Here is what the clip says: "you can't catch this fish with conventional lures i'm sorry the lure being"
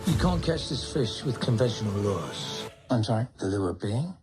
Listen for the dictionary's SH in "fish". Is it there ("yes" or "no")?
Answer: yes